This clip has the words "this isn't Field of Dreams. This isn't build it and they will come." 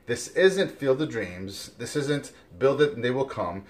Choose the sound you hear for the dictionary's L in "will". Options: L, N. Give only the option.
L